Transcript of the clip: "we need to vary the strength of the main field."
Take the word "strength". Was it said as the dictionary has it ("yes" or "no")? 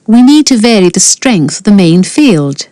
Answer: yes